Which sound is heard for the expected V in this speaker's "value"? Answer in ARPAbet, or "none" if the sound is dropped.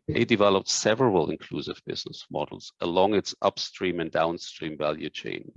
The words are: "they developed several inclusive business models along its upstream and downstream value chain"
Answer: V